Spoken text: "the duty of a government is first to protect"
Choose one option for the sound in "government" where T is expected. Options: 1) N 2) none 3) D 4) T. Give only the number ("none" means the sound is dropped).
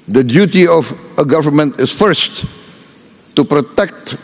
4